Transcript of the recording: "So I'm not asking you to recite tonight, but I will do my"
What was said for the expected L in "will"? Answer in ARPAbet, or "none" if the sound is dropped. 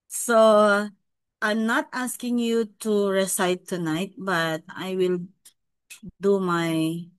L